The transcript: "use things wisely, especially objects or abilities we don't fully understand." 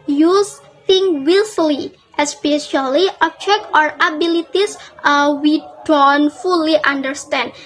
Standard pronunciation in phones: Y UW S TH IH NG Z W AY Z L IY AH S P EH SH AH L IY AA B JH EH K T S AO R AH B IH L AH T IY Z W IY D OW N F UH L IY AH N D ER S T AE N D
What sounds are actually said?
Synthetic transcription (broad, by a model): Y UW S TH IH NG W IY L L IY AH S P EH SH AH L IY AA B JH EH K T AO R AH B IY L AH T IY S W IY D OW N F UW L IY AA N D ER S T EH N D